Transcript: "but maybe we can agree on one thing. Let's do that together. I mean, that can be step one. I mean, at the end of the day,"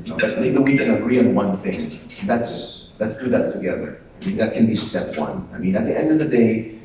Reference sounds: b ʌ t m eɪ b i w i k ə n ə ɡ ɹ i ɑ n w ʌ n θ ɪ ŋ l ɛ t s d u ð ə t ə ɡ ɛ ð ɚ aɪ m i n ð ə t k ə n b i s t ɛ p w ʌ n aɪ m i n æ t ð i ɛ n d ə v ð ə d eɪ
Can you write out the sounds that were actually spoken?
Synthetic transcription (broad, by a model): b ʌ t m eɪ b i w i k ə n ə ɡ ɹ i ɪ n w ʌ n θ ɪ ŋ n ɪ t s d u ð ə t ə ɡ ɛ ð ɚ aɪ m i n ð ə t k ə n b i s t ɛ p w ʌ n aɪ m i n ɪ t ð i ɛ n d ə v ð ə d eɪ